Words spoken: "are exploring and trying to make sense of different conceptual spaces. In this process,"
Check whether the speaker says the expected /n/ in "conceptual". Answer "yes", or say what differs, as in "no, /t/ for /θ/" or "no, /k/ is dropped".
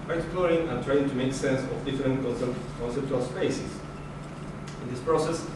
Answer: yes